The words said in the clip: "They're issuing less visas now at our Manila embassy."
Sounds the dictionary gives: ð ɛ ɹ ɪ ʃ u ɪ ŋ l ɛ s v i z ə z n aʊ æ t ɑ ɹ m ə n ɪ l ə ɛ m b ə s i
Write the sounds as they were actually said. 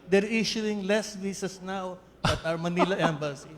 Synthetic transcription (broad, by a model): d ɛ ɹ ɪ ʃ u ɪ ŋ l ɛ s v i s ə s n aʊ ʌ t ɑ w m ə n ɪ l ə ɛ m b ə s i